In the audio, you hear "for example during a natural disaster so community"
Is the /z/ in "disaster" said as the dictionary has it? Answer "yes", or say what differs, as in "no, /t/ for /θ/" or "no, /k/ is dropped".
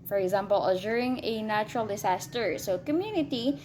no, /s/ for /z/